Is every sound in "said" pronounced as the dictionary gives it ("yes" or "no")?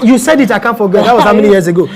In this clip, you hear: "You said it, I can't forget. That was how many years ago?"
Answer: yes